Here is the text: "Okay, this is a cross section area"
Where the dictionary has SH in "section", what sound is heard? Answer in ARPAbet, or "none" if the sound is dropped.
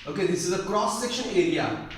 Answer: SH